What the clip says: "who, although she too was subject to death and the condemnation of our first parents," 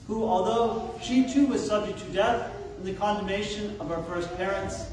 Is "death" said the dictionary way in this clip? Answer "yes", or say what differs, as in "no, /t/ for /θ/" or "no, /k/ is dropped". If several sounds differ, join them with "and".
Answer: yes